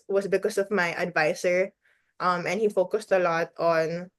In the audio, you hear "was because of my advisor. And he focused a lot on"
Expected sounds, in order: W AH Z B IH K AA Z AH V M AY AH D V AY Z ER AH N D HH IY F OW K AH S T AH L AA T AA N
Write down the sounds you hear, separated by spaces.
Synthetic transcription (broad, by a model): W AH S B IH K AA S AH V M AY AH D V AY S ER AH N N HH IY F OW K AH S T AH L AA T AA N